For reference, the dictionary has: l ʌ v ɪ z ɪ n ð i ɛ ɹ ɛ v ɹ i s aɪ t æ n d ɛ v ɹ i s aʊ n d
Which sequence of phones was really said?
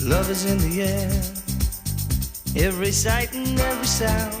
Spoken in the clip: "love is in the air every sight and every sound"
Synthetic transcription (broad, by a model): l ʌ v ɪ z ɪ n ð i ɛ ɹ ɛ v ɹ i s aɪ t n ɛ v ɹ i s aʊ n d